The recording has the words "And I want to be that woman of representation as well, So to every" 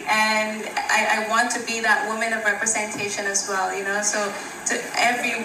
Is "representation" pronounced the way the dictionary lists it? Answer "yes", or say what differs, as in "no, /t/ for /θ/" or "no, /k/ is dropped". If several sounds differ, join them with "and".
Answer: yes